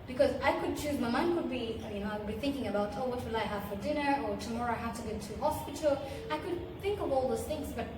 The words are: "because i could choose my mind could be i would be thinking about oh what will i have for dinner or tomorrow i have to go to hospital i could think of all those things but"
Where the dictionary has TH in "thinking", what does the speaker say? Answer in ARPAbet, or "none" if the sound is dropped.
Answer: TH